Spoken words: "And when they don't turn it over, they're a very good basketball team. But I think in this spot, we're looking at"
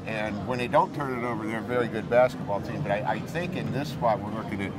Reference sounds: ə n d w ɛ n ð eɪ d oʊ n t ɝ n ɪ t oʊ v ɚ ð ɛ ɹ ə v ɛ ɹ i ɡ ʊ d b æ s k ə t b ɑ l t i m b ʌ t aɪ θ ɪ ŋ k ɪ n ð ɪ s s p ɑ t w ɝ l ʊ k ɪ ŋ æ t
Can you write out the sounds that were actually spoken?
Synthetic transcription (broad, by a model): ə n w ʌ n ð eɪ d oʊ n t ɝ n ɪ t oʊ v ɚ ð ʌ ɹ v ɛ ɹ i ɡ ʊ d b æ s k ə t b ɑ l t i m b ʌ t aɪ θ ɪ ŋ k ɪ n ð ɪ s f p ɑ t w ɝ l ʊ k ɪ ŋ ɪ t